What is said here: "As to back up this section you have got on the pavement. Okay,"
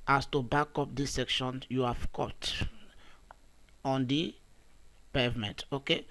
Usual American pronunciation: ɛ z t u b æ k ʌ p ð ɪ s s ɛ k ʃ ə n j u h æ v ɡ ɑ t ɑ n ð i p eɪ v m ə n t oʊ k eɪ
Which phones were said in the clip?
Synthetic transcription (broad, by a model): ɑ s t u b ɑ k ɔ p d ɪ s s ɛ k ʃ ə n j u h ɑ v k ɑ t ɑ n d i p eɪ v m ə n t oʊ k eɪ